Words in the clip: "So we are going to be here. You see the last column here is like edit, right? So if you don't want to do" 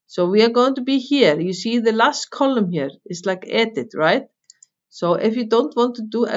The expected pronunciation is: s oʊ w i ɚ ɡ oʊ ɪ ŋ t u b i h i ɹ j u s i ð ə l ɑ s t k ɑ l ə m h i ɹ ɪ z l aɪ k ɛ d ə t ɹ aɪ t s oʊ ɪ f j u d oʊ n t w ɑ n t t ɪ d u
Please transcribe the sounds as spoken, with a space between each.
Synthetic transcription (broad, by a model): s oʊ w i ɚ ɡ oʊ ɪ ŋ t u b i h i ɹ j u s i ð ə l ɑ s t k ɑ l ə m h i ɹ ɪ s l aɪ k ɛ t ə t ɹ aɪ t s oʊ ɪ f j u d oʊ n t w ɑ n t t ɪ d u